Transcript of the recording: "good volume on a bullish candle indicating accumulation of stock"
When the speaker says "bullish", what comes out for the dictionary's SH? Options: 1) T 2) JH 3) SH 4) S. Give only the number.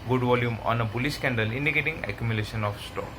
4